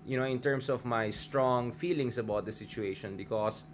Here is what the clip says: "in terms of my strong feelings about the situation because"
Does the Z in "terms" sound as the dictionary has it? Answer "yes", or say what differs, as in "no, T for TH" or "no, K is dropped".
no, S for Z